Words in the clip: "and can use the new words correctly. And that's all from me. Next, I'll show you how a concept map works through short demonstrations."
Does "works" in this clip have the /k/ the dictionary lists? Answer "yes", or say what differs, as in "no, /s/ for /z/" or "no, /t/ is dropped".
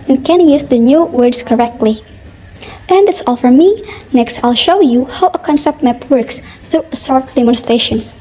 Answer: yes